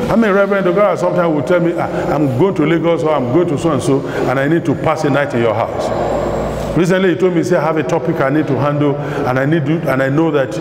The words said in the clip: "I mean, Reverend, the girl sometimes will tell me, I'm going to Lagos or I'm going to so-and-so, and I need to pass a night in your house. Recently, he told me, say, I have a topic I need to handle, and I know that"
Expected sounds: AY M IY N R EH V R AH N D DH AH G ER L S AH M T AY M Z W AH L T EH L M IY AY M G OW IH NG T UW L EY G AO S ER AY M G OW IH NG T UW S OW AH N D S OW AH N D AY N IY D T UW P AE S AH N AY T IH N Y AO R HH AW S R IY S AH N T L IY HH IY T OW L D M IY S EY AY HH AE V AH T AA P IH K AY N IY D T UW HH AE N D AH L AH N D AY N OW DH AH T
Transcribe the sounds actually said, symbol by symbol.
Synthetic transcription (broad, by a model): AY M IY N R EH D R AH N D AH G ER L S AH M T AY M W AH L T EH L M IY AY M G OW IH NG T UW L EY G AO S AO AY M G OW IH NG T UW S OW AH N S OW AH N AY N IY D T UW P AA S AH N AY T IH N Y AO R HH AW S R IY S AH N T L IY HH IY T OW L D M IY S EY AY HH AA V AH T AA P IH K AY N IY D T UW HH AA N D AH N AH N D AY N OW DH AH T